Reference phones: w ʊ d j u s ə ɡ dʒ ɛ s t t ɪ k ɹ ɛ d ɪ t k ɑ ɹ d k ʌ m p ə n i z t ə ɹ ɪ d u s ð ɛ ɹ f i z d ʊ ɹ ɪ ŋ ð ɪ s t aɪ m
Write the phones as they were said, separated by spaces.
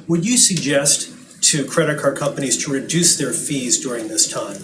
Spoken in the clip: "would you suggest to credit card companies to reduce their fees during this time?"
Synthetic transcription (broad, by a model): w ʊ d j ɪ s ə ɡ dʒ ɛ s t t ɪ k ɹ ɛ d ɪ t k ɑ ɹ k ʌ m p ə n i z t ə ɹ ɪ d u s ð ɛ ɹ f i z d ʊ ɹ ɪ ŋ ð ɪ s t aɪ m